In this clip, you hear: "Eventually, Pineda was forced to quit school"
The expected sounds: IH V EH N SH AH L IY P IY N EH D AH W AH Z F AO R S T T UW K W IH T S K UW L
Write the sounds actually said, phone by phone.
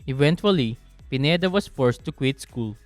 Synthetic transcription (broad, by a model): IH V EH N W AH L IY P IY N EH D AH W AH S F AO R S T T UW K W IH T S K UW L